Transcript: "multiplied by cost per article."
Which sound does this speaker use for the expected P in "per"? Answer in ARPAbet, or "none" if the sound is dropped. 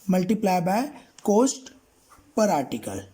P